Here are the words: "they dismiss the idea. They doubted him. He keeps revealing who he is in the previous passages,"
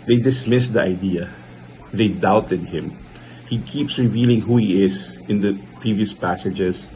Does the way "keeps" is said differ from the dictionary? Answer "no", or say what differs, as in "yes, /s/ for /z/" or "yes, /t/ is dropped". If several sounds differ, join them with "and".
no